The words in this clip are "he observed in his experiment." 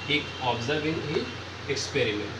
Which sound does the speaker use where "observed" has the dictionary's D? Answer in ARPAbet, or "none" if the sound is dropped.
none